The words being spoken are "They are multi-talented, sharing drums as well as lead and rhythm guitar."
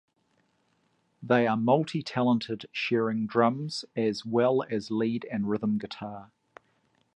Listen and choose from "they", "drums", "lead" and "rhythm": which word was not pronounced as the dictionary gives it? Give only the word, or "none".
none